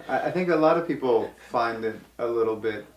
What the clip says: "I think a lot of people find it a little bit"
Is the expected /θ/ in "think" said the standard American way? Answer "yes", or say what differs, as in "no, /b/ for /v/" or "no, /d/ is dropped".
yes